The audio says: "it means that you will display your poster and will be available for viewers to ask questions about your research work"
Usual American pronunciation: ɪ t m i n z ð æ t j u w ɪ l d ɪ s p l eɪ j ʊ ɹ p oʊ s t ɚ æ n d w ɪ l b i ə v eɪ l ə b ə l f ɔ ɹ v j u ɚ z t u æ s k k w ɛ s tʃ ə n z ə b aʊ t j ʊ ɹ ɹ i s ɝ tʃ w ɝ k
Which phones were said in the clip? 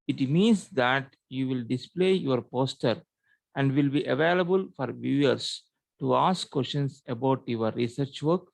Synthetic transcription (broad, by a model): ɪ t m i n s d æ t j u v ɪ l d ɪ s p l eɪ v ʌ ɹ p oʊ s t ɚ æ n d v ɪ l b i ə v eɪ l ə b ə l f ɔ ɹ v j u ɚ s t u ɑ s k k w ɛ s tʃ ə n s ə b aʊ t j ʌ ɹ ɹ i s ɝ tʃ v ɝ k